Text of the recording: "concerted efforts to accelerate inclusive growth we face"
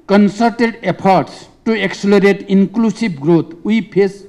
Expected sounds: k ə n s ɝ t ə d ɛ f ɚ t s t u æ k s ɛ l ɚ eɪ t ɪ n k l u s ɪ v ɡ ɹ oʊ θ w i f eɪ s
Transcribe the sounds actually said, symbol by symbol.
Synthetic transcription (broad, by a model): k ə n s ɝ t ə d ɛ p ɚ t s t u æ k s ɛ l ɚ eɪ t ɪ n k l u s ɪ b ɡ ɹ oʊ t w i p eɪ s